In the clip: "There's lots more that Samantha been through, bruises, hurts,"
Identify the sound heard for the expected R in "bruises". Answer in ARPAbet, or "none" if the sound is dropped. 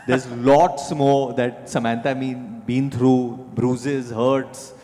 R